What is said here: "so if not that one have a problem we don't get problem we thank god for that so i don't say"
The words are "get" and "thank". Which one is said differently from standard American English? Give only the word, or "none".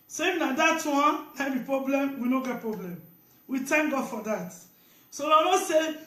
thank